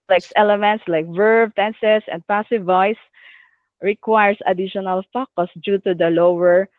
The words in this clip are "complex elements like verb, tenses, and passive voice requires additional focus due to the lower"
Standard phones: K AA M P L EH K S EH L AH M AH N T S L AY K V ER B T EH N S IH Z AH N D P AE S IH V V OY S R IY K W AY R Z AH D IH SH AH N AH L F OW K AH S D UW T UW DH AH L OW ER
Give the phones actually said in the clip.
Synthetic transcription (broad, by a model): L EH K S EH L AH M AH N T S L AY K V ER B T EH N S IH S AH N D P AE S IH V V OY S R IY K W AY R S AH D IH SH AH N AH L F OW K AH S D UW T UW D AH L OW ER